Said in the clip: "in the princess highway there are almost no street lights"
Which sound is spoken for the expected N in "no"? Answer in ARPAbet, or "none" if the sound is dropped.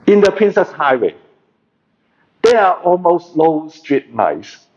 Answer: L